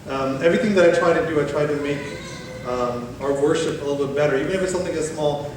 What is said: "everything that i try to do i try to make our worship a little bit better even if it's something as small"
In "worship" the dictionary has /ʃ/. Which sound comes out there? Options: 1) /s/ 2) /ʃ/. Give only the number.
2